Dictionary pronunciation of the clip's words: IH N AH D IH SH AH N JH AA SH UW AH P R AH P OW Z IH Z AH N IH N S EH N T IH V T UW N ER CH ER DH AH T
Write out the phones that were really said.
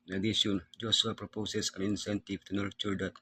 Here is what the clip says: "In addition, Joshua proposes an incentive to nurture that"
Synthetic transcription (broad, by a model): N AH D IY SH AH N JH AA S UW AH P R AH P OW S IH S AH N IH N S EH N T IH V T UW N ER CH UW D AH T